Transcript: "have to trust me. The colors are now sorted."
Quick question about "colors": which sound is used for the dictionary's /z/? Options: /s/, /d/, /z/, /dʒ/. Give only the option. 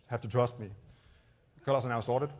/s/